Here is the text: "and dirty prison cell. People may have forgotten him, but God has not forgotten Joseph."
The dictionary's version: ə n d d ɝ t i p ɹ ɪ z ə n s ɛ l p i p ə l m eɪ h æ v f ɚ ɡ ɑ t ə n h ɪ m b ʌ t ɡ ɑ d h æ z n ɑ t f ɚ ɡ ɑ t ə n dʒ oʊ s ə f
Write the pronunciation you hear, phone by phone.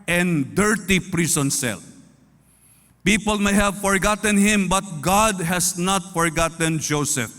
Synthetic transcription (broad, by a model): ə n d d ɝ t i p ɹ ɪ s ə n s ɛ l p i p ə l m eɪ h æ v f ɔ ɡ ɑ t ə n h ɪ m b ʌ t ɡ ɑ d h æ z n ɑ t f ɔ ɡ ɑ t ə n dʒ oʊ s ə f